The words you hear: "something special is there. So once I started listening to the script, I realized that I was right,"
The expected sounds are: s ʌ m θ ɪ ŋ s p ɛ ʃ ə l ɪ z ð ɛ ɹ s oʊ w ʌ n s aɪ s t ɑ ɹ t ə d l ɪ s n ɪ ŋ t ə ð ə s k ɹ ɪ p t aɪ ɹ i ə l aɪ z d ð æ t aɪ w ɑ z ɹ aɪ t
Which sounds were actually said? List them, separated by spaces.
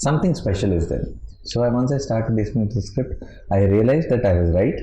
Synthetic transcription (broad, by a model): s ʌ m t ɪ ŋ s p ɛ ʃ ə l ɪ z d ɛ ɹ s oʊ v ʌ n s aɪ s t ɑ ɹ t ə d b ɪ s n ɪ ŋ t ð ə s k ɹ ɪ p t aɪ ɹ i ə l aɪ z d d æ t aɪ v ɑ z ɹ aɪ t